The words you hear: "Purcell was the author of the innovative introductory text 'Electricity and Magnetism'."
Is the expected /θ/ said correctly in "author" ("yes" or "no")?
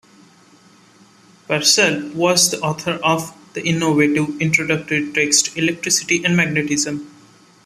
no